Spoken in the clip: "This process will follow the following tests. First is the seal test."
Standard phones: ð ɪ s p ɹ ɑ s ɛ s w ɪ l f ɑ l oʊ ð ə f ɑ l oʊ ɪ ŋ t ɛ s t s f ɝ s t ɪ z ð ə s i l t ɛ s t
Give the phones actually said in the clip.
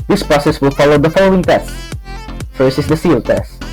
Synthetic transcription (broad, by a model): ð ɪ s p ɹ ɑ s ɛ s w ɪ l f ɑ l oʊ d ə f ɑ l oʊ ɪ ŋ t ɛ s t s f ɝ s ɪ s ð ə s i l t ɛ s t